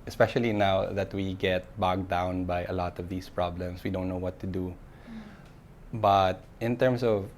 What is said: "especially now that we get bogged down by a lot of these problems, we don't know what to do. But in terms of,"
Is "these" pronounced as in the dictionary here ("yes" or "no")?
no